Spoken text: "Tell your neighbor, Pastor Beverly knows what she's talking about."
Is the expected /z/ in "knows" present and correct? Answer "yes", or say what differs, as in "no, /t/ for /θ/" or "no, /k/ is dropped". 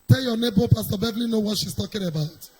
no, /z/ is dropped